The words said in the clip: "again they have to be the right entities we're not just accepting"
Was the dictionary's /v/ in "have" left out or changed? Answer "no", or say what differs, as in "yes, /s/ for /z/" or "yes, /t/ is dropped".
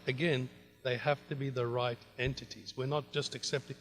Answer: yes, /f/ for /v/